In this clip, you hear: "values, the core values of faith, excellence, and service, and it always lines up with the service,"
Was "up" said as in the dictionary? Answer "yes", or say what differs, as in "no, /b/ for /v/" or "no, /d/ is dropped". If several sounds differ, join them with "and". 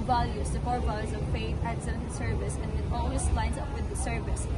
yes